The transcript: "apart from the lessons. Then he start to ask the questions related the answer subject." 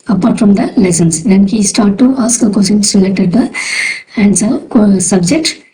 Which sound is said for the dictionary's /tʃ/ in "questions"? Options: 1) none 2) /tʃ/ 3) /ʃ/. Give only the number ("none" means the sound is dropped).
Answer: 1